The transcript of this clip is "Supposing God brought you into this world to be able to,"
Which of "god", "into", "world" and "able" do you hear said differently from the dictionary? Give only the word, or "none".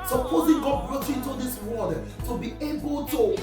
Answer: world